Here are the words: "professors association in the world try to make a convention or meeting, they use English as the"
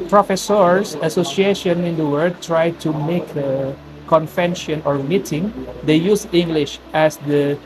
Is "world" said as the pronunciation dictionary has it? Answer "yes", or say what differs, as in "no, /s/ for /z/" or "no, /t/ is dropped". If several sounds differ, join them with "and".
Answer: no, /l/ is dropped